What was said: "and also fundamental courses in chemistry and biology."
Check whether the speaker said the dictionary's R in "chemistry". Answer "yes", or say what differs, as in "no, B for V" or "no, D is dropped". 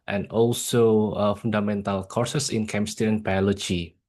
no, R is dropped